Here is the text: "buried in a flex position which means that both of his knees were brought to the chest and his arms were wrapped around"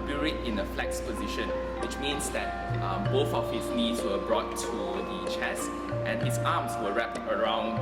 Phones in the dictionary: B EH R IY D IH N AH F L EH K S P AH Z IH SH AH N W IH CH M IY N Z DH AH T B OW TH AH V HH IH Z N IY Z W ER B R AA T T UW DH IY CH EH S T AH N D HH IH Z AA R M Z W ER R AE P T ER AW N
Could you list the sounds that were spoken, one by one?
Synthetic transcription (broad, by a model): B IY R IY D IH N AH F L EH K S P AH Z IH SH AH N W IH CH M IY N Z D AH T B OW TH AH F HH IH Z N IY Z W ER B R AA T T UW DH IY CH EH S T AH N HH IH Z AA M S W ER R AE P T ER AW N